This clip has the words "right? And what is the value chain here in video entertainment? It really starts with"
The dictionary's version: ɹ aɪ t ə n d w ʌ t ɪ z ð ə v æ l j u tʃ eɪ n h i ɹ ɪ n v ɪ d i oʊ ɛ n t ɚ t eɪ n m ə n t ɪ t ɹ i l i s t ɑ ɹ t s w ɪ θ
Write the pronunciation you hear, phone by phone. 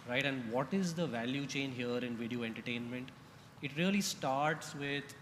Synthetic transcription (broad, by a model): ɹ aɪ t ə n d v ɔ t ɪ z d ə v æ l j u tʃ eɪ n h i ɹ ɪ n v ɪ d i oʊ ɛ n t ɚ t eɪ n m ə n t ɪ t ɹ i l i s t ɑ ɹ t s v ɪ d